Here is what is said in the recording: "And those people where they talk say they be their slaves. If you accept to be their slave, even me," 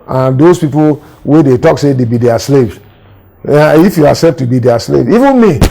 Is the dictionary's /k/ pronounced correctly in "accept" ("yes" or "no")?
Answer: no